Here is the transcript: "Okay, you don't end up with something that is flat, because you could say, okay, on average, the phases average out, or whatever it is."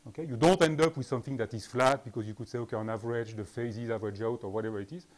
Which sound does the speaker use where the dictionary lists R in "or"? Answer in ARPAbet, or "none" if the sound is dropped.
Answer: R